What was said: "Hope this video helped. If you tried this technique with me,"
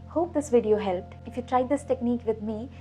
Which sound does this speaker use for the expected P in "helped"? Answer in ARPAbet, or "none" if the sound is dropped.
P